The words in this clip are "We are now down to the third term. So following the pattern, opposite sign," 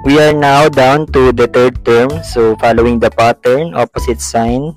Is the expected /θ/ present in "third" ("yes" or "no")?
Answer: no